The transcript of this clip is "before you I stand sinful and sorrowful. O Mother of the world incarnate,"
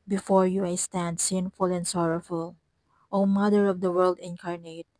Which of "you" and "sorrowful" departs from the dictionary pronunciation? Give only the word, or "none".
none